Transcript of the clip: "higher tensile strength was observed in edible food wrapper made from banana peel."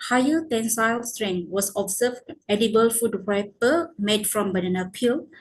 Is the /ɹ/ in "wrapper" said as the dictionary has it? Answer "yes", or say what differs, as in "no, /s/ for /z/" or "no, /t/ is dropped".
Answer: no, /w/ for /ɹ/